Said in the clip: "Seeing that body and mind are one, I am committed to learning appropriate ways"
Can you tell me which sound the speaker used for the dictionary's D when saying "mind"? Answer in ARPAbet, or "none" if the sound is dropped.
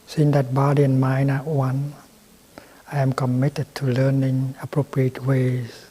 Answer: none